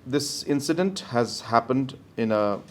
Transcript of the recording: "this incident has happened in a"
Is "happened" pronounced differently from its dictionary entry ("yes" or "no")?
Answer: no